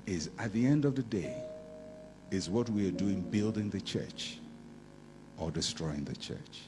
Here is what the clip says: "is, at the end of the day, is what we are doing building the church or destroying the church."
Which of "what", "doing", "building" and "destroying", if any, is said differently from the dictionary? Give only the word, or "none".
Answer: none